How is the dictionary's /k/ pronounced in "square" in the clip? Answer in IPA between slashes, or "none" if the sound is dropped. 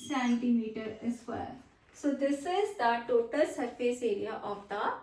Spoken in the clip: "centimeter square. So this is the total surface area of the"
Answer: none